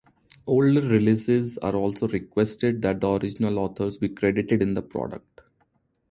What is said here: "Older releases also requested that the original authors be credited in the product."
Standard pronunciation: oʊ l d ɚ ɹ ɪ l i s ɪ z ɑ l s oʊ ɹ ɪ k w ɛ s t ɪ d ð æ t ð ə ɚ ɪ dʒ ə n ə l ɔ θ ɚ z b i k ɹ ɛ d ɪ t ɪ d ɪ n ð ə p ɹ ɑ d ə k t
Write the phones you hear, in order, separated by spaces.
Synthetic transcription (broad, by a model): oʊ l d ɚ ɹ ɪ l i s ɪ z ɑ l s oʊ ɹ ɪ k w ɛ s t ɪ d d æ t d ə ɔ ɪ dʒ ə n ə l ɔ t ɚ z b i k ɹ ɛ d ɪ t ɪ d ɪ n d ə p ɹ ɑ d ə k t